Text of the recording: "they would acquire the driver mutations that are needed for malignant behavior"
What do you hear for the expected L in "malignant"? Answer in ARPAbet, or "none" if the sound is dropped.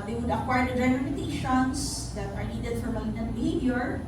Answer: none